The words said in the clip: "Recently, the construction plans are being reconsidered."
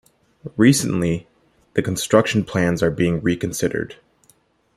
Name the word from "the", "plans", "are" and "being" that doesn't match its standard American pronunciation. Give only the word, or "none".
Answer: none